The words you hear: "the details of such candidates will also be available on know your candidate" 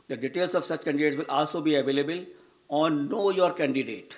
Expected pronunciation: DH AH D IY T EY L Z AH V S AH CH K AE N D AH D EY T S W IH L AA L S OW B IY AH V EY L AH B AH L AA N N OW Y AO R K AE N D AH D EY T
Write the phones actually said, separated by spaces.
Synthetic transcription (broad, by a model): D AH D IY T EY L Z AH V S AH CH K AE N D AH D EY T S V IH L AA L S OW B IY AH V EY L AH B AH L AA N N OW Y AO R K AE N D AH D EY T